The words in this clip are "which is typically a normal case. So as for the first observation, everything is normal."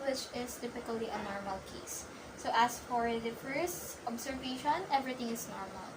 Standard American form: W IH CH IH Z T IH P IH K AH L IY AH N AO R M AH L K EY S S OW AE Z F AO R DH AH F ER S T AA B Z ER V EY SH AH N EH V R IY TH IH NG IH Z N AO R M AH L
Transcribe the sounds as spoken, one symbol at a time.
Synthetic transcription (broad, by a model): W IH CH IH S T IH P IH K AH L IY AH N AO R M AH L K EY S S OW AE S F AO R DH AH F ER S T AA B S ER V EY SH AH N EH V R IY T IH NG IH S N AO R M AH L